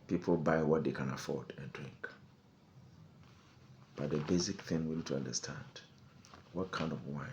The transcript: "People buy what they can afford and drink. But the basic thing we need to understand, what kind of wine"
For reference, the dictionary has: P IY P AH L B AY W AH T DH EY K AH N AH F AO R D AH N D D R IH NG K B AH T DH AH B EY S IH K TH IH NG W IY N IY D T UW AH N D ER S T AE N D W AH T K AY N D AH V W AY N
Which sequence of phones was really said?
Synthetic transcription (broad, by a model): P IY P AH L B AY W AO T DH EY K AH N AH F AO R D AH N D D R IH NG K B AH T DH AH B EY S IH K TH IH NG W IY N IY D T UW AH N D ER S T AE N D W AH T K AY N D AH V W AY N